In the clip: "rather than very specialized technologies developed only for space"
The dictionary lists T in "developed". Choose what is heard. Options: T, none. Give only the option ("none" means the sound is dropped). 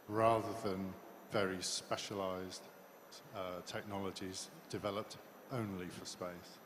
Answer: T